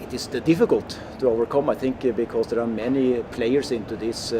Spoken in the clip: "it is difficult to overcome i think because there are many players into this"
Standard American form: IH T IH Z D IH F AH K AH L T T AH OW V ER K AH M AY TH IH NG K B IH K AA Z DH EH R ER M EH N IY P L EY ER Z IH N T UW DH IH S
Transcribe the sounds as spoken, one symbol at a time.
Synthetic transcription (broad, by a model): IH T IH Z D IH F AH K AH L T T AH OW V ER K AH M AY TH IH NG K B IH K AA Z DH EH R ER M EH N IY P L EY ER S IH N T UW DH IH S